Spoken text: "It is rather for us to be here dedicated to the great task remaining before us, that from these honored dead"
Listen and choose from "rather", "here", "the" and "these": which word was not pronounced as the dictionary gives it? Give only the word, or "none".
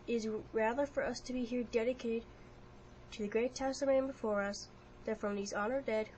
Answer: none